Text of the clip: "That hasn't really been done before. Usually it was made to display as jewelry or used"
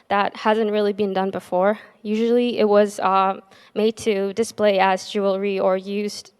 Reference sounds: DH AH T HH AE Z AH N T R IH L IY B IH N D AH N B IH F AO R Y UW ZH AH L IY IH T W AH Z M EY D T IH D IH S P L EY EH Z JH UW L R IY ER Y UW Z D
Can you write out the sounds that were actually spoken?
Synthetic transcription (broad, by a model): DH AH T HH AE Z AH N T R IH L IY B IH N D AH N B IH F AO R Y UW ZH L IY IH T W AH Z M EY D T IH D IH S P L EY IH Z JH UW L R IY ER Y UW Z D